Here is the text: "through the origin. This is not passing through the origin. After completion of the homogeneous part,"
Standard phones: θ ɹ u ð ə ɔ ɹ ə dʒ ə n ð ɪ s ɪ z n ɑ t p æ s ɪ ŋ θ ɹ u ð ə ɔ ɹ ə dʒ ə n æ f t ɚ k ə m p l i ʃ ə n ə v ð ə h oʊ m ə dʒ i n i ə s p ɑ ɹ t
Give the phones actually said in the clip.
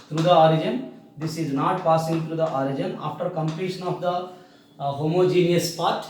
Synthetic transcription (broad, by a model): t ɹ u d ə ɔ ɹ ə dʒ ə n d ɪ s ɪ z n ɑ t p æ s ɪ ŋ t ɹ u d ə ɔ ɹ ə dʒ ə n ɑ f t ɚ k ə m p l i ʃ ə n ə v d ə h oʊ m ə dʒ i n i ə s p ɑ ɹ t